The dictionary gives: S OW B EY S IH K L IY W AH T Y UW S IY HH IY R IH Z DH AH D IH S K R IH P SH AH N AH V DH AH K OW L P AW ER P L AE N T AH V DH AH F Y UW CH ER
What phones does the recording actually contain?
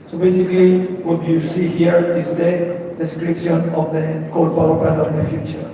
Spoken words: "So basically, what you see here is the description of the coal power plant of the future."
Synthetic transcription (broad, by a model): S OW B EY S IH K L IY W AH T Y UW S IY HH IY R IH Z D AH D IH S K R IH P SH AH N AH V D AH K OW L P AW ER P AE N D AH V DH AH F Y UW CH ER